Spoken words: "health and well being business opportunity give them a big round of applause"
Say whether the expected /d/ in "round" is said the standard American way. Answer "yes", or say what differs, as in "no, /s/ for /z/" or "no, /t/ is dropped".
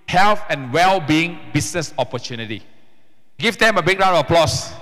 no, /d/ is dropped